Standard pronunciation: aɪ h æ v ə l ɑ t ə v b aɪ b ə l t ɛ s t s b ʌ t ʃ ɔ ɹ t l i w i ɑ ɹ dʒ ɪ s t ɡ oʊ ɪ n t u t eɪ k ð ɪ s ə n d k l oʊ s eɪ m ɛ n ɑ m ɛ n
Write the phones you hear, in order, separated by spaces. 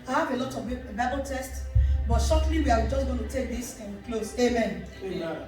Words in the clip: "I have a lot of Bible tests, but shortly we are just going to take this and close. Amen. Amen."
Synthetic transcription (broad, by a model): aɪ h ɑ v ə l ɑ t ə v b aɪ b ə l t ɛ s t s b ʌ t ʃ ɔ t l i w i ɑ w dʒ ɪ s ɡ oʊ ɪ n t u t eɪ k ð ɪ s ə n k l oʊ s eɪ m m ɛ n